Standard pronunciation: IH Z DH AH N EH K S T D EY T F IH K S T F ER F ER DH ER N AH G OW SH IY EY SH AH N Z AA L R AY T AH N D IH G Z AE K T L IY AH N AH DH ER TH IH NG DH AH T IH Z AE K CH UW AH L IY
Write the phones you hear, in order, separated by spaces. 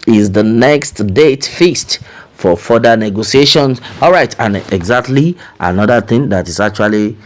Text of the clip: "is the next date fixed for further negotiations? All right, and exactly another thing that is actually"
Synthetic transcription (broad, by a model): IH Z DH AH N EH K S T D EY T F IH S T F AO F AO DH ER N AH G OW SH IY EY SH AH N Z AA L R AY T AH N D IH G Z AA K T L IY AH N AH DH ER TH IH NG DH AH T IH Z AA K CH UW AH L IY